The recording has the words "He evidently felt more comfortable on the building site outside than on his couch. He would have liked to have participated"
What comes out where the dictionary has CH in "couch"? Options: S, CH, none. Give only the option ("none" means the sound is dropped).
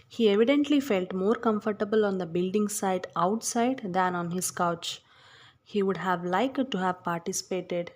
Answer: CH